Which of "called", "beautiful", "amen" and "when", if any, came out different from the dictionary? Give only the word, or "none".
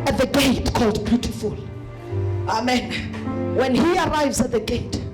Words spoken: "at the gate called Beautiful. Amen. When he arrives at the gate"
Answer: none